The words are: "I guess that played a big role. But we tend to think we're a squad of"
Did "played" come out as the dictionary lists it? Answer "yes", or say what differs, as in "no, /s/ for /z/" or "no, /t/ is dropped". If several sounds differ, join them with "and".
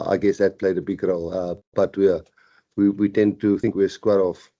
yes